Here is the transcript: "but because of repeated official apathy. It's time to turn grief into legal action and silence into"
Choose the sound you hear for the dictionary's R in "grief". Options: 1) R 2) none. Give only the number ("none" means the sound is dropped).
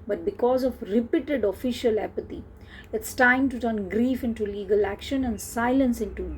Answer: 1